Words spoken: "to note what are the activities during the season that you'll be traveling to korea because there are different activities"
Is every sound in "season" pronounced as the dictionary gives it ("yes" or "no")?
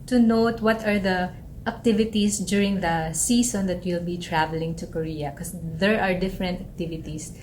no